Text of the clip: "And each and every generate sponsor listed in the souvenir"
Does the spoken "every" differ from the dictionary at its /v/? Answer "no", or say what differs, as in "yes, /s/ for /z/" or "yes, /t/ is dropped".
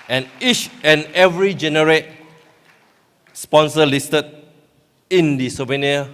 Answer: no